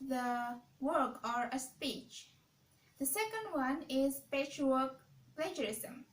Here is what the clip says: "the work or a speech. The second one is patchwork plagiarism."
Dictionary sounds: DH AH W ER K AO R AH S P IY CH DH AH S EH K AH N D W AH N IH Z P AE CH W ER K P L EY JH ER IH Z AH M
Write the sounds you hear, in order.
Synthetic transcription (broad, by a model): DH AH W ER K AO R AH S P IY CH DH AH S EH K AH N D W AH N IH Z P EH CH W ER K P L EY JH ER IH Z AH M